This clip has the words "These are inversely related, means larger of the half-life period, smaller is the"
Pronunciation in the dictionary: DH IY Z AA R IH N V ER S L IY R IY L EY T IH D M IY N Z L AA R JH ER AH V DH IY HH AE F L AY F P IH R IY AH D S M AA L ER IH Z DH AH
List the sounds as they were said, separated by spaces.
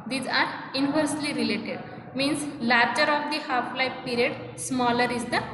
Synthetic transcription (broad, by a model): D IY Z AA R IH N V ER S L IY R IY L EY T IH D M IY N S L AA R CH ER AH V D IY HH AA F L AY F P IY R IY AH D S M AA L ER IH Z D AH